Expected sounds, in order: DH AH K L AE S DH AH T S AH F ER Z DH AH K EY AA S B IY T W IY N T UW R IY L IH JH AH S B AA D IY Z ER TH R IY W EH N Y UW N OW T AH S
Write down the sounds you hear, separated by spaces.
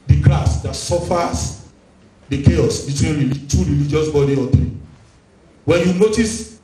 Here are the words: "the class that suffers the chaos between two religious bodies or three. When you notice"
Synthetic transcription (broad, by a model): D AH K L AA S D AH T S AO F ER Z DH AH K EY AA S B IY T W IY N T UW R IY L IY JH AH S B AA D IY AO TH R IY W EH N Y UW N OW T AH S